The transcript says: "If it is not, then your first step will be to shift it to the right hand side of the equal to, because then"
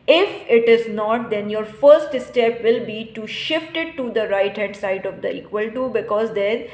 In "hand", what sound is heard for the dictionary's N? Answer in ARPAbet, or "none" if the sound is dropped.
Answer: none